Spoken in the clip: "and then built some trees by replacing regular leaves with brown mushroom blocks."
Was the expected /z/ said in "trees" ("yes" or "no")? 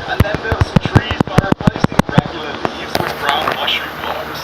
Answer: yes